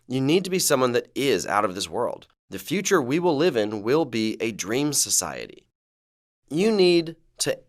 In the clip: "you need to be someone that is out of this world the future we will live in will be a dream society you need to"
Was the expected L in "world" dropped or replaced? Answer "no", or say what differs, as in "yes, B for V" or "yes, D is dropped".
no